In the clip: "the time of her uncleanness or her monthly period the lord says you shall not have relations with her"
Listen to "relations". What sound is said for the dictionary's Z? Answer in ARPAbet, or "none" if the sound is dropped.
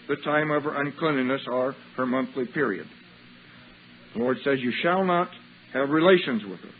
Z